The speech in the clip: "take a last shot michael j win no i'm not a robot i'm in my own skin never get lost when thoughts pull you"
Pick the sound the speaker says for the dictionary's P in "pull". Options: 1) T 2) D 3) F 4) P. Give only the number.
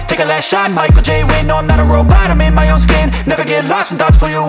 3